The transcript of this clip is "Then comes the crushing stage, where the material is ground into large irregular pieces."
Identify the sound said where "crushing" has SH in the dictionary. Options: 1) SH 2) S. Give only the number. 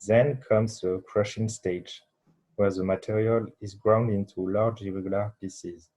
1